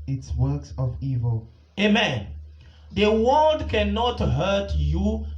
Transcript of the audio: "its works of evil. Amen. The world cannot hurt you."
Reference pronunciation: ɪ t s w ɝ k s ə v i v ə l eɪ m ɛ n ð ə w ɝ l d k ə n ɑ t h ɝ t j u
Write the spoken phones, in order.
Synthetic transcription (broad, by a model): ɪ t s w ɝ k s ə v i v ə l eɪ m ɛ n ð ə w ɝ l d k ə n ɑ t h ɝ t j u